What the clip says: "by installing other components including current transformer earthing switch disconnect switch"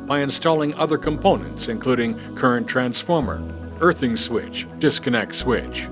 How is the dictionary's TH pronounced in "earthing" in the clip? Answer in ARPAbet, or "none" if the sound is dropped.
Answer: TH